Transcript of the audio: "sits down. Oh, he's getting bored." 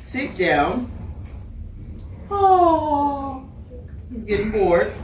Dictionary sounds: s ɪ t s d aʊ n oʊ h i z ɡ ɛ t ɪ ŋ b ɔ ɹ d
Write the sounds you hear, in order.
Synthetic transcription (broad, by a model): s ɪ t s d aʊ n oʊ h i z ɡ ɛ t ɪ ŋ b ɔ ɹ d